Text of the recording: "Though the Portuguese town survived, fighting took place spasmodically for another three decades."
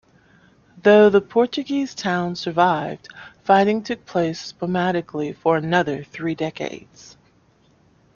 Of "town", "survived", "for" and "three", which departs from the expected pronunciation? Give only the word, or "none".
none